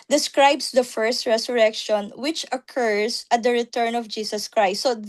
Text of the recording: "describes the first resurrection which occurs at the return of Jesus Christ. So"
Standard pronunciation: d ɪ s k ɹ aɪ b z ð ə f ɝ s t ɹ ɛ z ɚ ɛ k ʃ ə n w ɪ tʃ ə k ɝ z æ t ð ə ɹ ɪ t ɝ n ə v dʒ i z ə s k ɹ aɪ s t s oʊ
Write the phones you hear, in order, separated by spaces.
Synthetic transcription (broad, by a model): d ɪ s k ɹ aɪ b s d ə f ɝ s t ɹ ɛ s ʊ ɛ k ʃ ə n w ɪ tʃ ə k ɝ s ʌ t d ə ɹ ɪ t ɝ n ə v dʒ i s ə s k ɹ aɪ s t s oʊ